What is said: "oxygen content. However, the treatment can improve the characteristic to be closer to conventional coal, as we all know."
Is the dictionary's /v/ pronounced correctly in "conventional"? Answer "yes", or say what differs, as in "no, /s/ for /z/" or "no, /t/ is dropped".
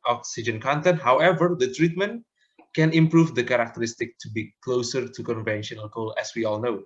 yes